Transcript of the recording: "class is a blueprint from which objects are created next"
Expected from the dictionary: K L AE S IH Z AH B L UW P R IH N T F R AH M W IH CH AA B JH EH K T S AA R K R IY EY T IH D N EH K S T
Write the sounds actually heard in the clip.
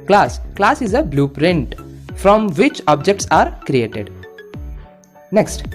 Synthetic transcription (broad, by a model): K L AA S IH Z AH B L UW P R IH N T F R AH M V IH CH AA B JH EH K T S AA R K R IY EY T IH D N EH K S T